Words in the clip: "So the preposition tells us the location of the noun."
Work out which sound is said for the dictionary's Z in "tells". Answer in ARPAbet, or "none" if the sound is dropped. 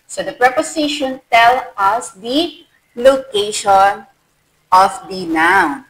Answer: none